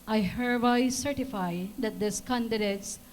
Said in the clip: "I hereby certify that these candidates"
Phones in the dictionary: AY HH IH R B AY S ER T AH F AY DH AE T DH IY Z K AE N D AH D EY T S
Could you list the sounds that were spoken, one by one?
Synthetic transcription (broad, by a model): AY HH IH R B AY S ER T AH F AY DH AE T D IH S K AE N D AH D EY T S